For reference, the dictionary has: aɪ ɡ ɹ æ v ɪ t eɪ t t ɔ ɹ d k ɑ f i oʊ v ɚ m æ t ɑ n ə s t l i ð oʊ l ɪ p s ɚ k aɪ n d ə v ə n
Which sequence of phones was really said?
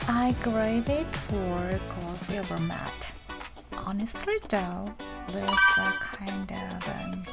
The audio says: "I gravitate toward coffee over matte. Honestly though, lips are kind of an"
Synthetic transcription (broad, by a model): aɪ ɡ ɹ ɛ ɪ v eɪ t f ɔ ɹ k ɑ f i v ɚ m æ t ɑ n ə s t l i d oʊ l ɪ s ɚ k aɪ n d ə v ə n